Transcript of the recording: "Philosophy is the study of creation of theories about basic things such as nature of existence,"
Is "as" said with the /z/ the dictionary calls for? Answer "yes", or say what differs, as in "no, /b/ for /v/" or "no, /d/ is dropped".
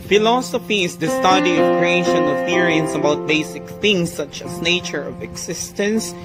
no, /s/ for /z/